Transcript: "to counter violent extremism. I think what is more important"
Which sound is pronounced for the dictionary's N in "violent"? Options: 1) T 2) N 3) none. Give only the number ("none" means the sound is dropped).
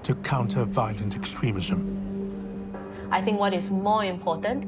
2